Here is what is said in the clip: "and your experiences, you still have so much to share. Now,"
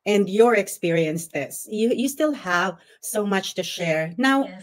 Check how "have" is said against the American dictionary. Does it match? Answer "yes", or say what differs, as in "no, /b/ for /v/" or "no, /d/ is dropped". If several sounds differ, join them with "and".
yes